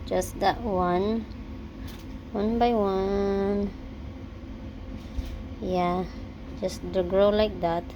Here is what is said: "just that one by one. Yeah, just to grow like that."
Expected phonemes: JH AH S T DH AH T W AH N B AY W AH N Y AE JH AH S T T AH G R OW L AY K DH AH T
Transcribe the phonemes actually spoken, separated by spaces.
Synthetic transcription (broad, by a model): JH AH S T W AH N W AH N B AY W AH N Y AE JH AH S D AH G R OW L AY K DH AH T